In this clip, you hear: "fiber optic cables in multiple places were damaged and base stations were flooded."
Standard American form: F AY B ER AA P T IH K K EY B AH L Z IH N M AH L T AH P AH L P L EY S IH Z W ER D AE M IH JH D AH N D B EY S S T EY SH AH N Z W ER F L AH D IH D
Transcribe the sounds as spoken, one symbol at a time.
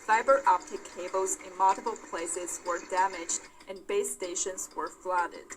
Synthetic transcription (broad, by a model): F AY B ER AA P T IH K K EY B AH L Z IH N M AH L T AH B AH L P L EY S IH Z W ER D AE M IH JH D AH N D B EY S S T EY SH AH N Z W ER F L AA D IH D